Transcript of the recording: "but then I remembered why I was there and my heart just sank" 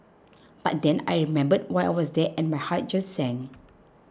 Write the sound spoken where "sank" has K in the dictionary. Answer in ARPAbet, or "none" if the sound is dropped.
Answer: none